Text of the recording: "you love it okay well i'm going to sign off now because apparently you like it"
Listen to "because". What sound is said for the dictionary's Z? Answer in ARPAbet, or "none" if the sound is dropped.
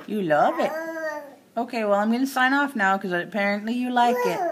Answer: none